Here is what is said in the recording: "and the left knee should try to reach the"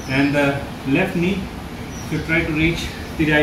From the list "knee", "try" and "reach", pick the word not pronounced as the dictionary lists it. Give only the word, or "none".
none